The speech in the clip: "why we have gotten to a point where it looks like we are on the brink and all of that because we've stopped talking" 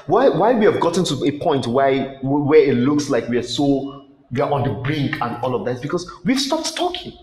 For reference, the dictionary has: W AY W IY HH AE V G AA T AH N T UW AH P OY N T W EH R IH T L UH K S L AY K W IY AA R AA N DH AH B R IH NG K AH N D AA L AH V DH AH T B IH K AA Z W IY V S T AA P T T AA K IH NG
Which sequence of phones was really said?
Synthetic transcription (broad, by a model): W AY W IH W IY V G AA T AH N T UW AH P OY N T W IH W IH T L UH K S L AY K W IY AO W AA N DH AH B R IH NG K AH N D AA L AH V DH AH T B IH K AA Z W IY V S T AA P T T AA K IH NG